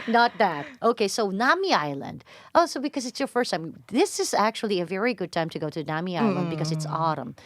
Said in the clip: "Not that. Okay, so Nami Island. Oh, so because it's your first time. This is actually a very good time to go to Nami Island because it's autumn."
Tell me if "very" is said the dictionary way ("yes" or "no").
yes